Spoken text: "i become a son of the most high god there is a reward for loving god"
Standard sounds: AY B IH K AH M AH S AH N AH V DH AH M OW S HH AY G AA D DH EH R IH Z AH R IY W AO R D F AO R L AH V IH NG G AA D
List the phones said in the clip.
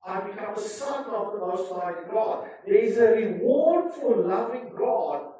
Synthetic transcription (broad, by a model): AY B IH K AH M AH S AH N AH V DH AH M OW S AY G AA D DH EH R IH Z AH R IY W AO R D F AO L L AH V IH NG G AA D